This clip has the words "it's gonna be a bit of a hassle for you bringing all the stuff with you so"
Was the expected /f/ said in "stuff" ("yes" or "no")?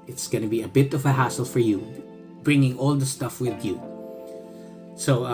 yes